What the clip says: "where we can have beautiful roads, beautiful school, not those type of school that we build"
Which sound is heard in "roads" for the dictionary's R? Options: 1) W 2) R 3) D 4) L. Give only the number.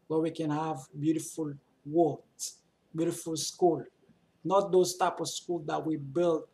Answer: 1